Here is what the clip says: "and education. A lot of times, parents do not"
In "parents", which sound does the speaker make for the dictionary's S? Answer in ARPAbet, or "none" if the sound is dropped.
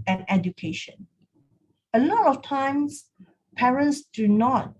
S